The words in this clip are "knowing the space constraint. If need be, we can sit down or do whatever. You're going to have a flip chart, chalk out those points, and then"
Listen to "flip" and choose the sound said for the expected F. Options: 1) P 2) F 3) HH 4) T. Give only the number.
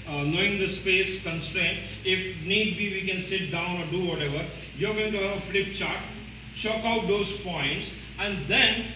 2